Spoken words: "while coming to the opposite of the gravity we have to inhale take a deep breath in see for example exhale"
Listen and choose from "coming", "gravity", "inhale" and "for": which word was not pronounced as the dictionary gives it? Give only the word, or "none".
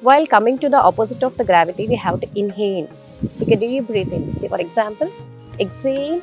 inhale